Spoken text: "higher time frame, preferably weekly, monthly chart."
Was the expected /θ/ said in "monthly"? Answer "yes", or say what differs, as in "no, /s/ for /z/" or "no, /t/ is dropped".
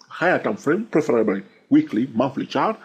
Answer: no, /f/ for /θ/